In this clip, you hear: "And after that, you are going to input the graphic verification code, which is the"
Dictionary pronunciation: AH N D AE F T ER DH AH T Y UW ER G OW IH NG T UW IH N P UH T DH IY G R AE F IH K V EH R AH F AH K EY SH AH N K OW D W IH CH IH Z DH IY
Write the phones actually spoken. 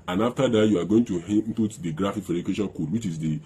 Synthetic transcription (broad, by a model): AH N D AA F T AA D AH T Y UW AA G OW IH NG T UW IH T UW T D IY G R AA F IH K F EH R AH AH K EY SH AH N K OW D W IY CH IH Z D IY